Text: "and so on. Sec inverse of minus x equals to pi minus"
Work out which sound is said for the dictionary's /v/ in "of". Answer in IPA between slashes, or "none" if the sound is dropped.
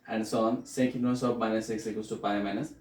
/p/